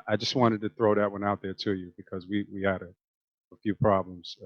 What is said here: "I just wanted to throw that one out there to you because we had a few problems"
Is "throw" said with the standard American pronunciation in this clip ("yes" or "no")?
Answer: yes